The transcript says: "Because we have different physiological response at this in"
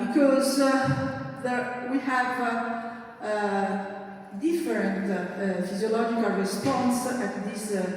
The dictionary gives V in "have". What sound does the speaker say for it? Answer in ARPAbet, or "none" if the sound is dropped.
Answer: V